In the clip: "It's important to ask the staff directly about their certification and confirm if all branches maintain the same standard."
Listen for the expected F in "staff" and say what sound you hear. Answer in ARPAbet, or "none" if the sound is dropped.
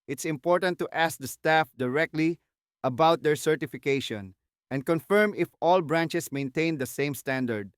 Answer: F